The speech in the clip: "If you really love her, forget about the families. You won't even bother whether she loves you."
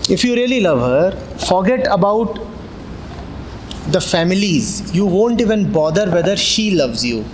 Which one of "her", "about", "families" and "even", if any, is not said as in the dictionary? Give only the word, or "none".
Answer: none